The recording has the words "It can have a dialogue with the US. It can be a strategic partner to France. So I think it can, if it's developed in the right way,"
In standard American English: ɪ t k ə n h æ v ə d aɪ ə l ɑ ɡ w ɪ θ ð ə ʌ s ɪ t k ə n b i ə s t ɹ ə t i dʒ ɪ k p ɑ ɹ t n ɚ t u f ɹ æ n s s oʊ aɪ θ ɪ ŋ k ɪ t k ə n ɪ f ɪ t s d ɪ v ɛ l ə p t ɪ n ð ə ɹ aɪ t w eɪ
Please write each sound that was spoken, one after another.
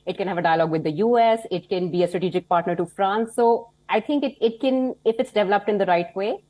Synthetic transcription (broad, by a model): ɪ t k ə n h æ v ə d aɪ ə l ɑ ɡ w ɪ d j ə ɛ s ɪ t k ə n b i ə s t ɹ ə t i dʒ ɪ k p ɑ ɹ t n ɚ t u f ɹ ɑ n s s oʊ aɪ t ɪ ŋ k ɪ t k ə n ɪ f ɪ t s d ɪ v ɛ l ə p t ɪ n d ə ɹ aɪ t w eɪ